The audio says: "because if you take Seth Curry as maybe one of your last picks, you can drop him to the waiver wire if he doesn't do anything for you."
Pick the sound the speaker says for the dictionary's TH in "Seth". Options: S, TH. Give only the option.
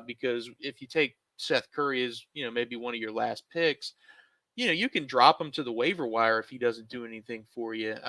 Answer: TH